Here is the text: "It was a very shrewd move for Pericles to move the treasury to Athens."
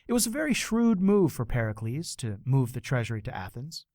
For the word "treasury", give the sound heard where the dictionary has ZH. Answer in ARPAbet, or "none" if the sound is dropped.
ZH